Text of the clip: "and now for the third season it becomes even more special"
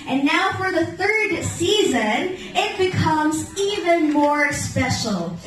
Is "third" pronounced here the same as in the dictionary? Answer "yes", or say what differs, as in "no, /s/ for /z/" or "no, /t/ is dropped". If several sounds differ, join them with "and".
yes